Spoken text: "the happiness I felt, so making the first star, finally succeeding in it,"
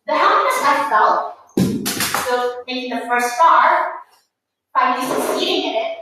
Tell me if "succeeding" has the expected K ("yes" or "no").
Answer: no